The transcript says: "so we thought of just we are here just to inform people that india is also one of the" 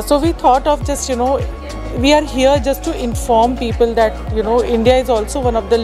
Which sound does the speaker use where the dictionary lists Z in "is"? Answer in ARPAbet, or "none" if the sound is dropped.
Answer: Z